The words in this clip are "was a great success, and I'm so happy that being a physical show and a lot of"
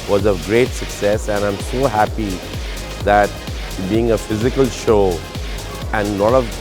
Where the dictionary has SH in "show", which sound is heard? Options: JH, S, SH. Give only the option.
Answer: SH